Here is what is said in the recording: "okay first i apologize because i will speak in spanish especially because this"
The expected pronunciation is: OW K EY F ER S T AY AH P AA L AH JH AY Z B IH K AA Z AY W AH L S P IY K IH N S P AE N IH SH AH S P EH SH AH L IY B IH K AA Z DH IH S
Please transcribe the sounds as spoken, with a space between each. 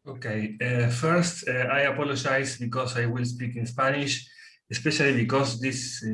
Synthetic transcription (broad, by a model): OW K EY F ER S T AY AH P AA L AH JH AY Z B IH K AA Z AY W AH L S P IY K IH N S P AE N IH SH AH S P EH SH AH L IY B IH K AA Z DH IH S